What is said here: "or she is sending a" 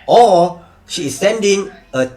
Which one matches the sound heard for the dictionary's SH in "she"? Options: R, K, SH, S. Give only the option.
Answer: SH